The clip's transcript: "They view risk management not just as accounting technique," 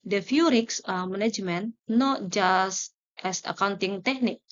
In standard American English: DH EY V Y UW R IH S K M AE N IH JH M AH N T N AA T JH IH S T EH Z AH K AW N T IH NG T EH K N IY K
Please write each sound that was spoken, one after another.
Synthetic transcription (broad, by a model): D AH F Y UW R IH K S M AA N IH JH M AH N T N AA T JH IH S T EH S AH K AW N T IH NG T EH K N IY K